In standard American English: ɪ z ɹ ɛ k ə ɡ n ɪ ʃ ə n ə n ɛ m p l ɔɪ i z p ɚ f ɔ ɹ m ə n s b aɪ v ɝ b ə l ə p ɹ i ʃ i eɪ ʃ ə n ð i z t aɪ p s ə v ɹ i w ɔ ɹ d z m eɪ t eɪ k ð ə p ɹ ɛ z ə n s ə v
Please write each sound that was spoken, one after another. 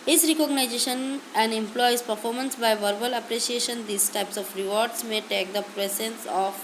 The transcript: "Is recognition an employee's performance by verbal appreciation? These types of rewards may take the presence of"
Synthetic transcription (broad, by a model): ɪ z ɹ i k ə ɡ n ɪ ʃ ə n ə n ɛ m p l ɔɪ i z p ɚ f ɔ ɹ m ə n s b aɪ v ɝ b ə l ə p ɹ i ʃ i eɪ ʃ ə n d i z t aɪ p s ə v ɹ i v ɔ ɹ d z m eɪ t eɪ k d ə p ɹ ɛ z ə n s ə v